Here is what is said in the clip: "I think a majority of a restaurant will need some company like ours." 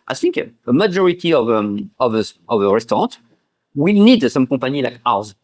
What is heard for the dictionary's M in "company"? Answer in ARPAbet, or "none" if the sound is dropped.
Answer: none